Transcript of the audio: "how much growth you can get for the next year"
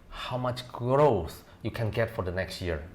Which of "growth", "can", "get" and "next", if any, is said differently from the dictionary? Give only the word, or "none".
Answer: growth